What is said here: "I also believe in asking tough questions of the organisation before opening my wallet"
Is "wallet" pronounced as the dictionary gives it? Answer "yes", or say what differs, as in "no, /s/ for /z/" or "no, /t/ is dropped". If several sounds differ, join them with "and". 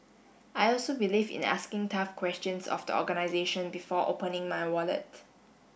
yes